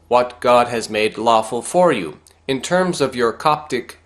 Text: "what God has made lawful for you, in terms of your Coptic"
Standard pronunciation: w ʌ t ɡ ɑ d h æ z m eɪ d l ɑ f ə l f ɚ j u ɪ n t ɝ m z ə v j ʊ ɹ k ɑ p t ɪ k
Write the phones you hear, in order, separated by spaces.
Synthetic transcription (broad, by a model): w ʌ t ɡ ɑ d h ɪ z m eɪ d l ɑ f ə l f ɚ j u ɪ n t ɝ m z ə v j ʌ ɹ k ɑ p t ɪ k